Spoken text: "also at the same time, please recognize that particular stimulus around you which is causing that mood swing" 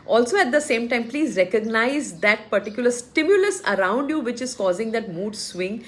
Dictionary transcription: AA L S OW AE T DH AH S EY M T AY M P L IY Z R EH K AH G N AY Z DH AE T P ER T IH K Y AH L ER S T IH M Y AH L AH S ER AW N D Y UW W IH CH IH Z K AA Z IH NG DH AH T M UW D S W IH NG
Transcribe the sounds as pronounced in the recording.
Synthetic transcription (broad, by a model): AA L S OW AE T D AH S EY M T AY M P L IY Z R EH K AH G N AY Z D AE T P ER T IH K Y AH L ER S T IH M Y AH L AH S ER AW N D Y UW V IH CH IH Z K AA Z IH NG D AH T M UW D S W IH NG